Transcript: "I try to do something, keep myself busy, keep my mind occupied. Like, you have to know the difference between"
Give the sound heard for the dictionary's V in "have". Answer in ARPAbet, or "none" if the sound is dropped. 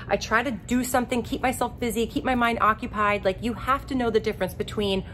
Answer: F